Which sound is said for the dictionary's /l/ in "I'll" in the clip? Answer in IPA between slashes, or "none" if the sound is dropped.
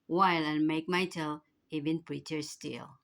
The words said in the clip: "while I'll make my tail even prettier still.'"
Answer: /n/